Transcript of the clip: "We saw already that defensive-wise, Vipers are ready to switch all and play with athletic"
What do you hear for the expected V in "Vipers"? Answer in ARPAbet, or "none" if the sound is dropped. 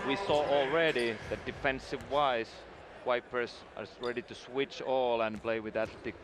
W